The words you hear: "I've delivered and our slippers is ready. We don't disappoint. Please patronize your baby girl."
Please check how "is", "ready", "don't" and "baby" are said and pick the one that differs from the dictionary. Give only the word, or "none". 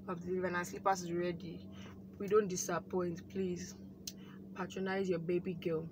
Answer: is